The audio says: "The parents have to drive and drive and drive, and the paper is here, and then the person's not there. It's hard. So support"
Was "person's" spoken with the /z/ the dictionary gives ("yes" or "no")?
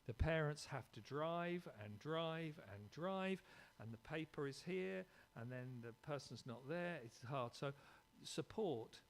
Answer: yes